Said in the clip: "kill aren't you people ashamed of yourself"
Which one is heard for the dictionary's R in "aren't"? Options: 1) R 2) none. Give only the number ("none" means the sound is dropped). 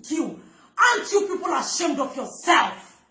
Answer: 2